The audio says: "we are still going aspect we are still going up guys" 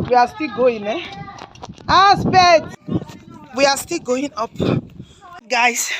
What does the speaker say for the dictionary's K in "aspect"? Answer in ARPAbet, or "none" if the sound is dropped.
none